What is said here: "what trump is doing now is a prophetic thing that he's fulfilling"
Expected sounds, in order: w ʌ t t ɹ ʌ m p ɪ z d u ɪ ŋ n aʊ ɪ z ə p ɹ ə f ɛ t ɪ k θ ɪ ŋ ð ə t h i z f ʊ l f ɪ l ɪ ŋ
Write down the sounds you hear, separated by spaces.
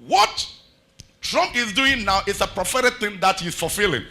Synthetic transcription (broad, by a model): w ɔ t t ɹ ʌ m ɪ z d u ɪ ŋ n aʊ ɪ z ə p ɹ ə f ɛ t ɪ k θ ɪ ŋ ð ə t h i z f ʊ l f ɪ l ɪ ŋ